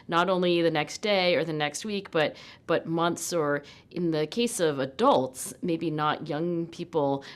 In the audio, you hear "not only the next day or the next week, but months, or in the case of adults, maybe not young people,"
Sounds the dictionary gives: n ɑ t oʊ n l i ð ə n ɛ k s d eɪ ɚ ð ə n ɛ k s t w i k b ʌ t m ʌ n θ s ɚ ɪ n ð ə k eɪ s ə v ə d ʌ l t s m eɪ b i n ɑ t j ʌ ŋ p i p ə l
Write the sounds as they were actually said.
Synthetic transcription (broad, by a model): n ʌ t oʊ n l i ð ə n ɛ k s d eɪ ɚ ð ə n ɛ k s t w i k b ʌ t m ʌ n θ s ɚ ɪ n ð ə k eɪ s ə v ə d ʌ l t s m eɪ b i n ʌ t j ʌ ŋ p i p l